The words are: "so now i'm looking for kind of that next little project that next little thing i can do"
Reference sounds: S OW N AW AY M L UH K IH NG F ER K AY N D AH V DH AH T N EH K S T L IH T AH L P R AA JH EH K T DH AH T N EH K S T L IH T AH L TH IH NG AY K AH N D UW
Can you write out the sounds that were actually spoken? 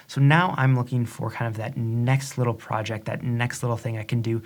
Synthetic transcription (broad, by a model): S OW N AW AY M L UH K IH NG F ER K AY N D AH V DH AH T N EH K S T L IH T L P R AA JH EH K T DH AH T N EH K S T L IH T L TH IH NG AY K AH N D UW